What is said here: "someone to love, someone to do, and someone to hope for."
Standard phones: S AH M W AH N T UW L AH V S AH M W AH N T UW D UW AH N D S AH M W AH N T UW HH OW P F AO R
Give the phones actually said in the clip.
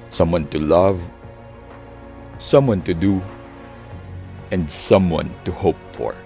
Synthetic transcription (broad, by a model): S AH M W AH N T UW L AH V S AH M W AH N T UW D UW AH N D S AH M W AH N T UW HH OW P F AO R